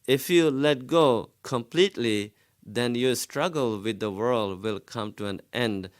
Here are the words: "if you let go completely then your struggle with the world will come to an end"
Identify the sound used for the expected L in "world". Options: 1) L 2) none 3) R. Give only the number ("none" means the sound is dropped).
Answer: 1